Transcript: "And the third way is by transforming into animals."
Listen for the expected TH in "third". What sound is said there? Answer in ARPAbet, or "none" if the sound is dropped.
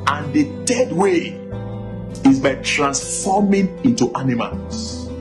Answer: T